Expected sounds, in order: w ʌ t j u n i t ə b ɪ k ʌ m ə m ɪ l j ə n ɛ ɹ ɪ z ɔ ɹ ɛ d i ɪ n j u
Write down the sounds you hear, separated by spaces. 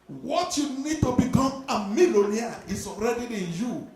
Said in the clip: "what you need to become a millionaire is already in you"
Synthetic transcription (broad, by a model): w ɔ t j u n i t ə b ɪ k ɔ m ə m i l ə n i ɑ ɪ s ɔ ɹ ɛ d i ɪ n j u